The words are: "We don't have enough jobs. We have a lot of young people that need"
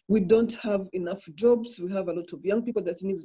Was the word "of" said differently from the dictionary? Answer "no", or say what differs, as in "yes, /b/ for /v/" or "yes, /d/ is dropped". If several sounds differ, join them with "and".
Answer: no